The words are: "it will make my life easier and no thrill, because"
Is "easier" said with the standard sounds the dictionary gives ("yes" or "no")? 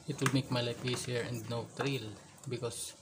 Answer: no